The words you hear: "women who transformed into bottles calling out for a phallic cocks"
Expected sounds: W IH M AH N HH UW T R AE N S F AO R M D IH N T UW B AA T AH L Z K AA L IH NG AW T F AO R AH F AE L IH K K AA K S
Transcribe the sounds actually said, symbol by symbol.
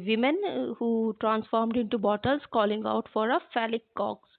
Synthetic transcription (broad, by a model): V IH M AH N HH UW T R AE N S F AO R M D IH N T UW B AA T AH L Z K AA L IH NG AW T F AO R AH F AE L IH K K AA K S